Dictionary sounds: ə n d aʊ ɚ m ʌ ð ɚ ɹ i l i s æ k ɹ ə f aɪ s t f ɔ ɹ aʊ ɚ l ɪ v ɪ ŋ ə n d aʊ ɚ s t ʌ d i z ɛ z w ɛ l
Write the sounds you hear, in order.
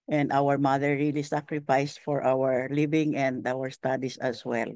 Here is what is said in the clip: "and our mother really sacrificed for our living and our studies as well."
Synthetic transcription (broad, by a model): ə n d aʊ ɚ m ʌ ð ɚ ɹ i l i s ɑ k ɹ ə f aɪ s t f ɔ ɹ aʊ ɚ l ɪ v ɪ ŋ ə n d aʊ ɚ s t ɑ d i s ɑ s w ɛ l